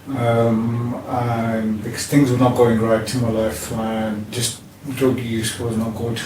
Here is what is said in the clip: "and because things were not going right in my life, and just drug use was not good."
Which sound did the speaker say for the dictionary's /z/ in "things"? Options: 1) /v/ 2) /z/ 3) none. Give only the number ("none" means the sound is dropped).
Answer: 2